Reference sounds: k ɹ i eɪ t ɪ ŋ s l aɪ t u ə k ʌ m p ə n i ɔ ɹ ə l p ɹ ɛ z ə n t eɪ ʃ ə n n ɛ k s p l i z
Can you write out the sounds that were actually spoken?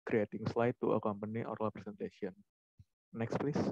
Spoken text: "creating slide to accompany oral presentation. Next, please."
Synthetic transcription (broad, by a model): k ɹ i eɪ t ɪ ŋ s l aɪ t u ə k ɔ m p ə n i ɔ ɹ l p ɹ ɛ s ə n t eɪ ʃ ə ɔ n ɛ k s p l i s